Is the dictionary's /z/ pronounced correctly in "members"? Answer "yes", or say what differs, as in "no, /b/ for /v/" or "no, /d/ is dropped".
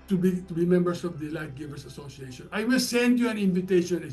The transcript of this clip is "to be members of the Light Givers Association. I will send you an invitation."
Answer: no, /s/ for /z/